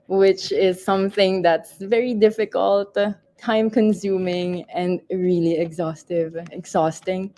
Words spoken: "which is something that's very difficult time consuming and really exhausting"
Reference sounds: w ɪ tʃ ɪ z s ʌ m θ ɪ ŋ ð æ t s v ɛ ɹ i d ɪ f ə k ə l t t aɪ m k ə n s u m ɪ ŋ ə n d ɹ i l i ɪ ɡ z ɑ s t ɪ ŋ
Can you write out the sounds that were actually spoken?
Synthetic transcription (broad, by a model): w ɪ tʃ ɪ z s ʌ m θ ɪ ŋ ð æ t s v ɛ ɹ i d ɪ f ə k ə l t t aɪ m k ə n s u m ɪ ŋ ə n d ɹ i l i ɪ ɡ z ɑ s t ɪ ŋ